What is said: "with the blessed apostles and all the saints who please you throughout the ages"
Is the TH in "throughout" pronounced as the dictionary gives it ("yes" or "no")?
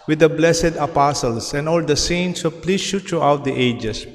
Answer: no